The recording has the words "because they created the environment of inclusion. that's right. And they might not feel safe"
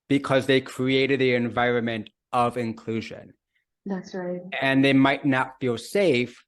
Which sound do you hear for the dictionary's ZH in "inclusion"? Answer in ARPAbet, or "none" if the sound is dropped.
ZH